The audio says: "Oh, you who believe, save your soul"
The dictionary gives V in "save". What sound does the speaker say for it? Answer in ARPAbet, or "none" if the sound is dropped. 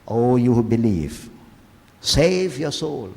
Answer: V